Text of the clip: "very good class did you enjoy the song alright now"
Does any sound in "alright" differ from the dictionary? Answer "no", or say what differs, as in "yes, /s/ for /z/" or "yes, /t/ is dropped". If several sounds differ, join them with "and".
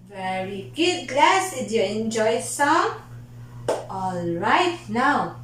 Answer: no